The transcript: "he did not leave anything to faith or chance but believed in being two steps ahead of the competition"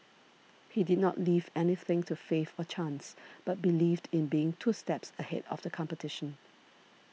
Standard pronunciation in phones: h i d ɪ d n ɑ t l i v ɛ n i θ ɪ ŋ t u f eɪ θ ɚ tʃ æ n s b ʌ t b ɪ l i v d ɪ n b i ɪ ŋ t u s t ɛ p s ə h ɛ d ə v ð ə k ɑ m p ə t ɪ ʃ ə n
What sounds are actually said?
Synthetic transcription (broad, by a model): h i d ɪ d n ɑ t l i v ɛ n i θ ɪ ŋ t u f eɪ f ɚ tʃ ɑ n s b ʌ t b ɪ l i v d ɪ n b i ɪ ŋ t u s t ɛ p s ə h ɛ d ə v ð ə k ɑ m p ə t ɪ ʃ ə n